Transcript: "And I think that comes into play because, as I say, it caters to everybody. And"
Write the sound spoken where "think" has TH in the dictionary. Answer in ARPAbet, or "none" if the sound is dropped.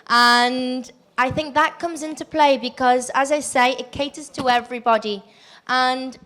TH